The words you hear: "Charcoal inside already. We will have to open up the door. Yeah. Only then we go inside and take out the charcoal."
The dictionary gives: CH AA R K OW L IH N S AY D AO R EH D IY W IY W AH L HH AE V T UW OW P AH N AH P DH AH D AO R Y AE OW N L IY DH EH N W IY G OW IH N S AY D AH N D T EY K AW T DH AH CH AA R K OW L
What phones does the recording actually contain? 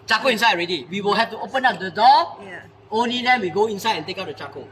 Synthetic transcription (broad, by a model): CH AA K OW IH N S AY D AO R EH D IY W IY W AH L HH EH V T UW OW P AH N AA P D AH D AO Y OW N L IY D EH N W IY G OW IH N S AY D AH N T EY K AW T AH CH AA K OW